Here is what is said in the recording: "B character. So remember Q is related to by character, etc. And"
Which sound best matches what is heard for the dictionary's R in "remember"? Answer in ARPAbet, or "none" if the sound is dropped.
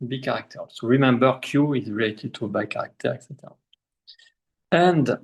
R